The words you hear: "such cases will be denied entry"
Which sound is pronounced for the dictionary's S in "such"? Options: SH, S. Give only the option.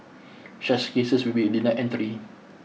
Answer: SH